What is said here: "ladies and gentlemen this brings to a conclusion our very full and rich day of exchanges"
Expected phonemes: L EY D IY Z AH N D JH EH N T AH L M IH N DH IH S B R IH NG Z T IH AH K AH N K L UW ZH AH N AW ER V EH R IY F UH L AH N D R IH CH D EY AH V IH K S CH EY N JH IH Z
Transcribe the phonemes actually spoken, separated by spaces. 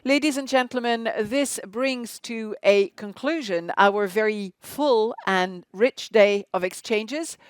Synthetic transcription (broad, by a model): L EY D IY Z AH N JH EH N T L M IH N DH IH S B R IH NG Z T IH AH K AH N K L UW ZH AH N AW ER V EH R IY F UH L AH N R IH CH D EY AH V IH K S CH EY N JH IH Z